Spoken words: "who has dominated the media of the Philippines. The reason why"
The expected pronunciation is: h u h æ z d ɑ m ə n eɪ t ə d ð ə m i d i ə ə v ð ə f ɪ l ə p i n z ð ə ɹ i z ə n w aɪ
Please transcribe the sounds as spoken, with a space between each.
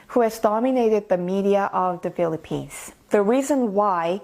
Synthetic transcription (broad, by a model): h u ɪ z d ɑ m ə n eɪ t ə d ð ə m i d i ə ə v ð ə f ɪ l ə p i n z ð ə ɹ i z ə n w aɪ